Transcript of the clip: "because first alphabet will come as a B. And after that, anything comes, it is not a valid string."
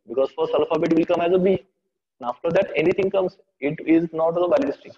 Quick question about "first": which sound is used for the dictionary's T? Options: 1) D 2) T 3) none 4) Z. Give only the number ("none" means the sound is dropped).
3